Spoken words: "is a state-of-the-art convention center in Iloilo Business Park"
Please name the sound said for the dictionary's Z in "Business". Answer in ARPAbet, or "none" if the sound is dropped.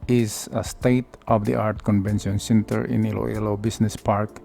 S